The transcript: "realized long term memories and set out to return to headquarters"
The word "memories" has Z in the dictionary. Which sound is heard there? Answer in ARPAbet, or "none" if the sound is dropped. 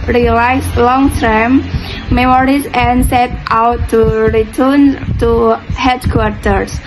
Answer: S